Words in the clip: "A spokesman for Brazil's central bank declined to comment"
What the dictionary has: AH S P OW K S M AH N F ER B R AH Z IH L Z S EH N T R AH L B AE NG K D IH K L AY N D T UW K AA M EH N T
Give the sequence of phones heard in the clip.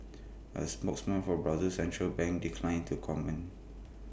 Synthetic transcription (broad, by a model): AH S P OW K S M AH N F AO B R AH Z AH S EH N T R AH L B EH NG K D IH K L AY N T UW K AA M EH N